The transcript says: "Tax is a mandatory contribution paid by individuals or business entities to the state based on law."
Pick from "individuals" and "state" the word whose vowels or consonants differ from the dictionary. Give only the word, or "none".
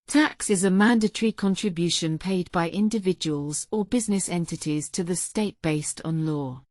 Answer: none